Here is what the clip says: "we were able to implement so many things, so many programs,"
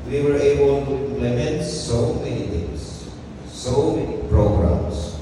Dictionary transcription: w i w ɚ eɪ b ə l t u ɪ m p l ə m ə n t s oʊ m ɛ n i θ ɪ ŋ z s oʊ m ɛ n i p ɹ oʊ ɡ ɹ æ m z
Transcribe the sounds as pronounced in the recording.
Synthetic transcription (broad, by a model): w i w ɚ eɪ b ə l t u ɪ m p l ə m ə n t s oʊ m ɛ n i t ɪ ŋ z s oʊ m ɛ n i p ɹ oʊ ɡ ɹ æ m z